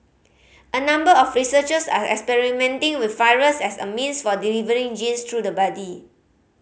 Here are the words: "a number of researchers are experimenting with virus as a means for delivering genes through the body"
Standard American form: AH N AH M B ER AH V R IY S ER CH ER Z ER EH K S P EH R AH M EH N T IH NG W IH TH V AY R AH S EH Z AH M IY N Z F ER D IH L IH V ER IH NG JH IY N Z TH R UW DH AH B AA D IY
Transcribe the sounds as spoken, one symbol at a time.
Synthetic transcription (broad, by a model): AH N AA M B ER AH F R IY S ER CH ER S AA EH K S P EH R AH M EH N T IH NG W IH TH F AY R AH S EH S AH M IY N S F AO D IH L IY V ER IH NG JH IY N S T R UW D AH B AA D IY